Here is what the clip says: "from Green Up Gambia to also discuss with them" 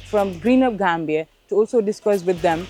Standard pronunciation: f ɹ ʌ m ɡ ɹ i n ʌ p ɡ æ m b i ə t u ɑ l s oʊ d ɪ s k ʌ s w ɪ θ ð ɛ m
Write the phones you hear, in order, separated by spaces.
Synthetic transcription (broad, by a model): f ɹ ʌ m ɡ ɹ i n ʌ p ɡ æ m b i ə t u ɑ l s oʊ d ɪ s k ʌ s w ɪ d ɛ m